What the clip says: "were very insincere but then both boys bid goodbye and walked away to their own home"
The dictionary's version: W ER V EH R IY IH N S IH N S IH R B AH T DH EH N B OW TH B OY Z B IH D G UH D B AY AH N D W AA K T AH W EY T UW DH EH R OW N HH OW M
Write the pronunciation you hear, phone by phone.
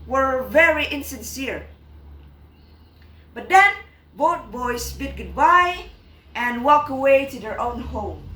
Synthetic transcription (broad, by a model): W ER V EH R IY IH N S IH N S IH R B AH T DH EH N B OW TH B OY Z B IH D G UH D B AY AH N W AA K AH W EY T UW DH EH R OW N HH OW M